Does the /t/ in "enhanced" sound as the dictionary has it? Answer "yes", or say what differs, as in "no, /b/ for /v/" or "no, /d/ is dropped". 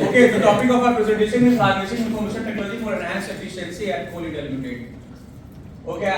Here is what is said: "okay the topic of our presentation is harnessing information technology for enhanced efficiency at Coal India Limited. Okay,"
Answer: no, /t/ is dropped